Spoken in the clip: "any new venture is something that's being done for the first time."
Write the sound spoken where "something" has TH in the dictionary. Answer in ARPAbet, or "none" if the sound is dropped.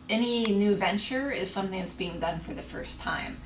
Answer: TH